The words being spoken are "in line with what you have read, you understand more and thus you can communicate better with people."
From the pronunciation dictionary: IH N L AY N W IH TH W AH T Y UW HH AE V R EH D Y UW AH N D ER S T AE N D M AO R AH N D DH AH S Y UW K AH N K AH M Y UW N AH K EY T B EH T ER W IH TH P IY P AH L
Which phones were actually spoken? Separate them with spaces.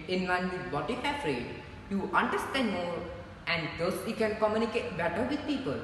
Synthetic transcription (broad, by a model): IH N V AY N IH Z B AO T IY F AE F R EH D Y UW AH N D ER S T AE N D M AO R AH N D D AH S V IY K AH N K AH M Y UW N AH K EY T B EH T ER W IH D P IY P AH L